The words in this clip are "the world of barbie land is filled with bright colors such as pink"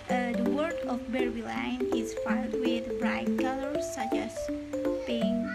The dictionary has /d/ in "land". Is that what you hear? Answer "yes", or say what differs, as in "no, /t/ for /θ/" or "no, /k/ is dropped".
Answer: no, /d/ is dropped